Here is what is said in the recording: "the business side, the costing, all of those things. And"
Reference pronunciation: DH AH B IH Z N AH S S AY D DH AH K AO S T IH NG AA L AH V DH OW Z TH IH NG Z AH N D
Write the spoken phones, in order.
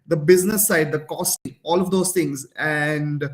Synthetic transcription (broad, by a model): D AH B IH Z N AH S S AY D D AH K AO S T IH NG AA L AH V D OW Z T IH NG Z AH N D